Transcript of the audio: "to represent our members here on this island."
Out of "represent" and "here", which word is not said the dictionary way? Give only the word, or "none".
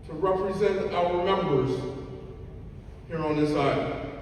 none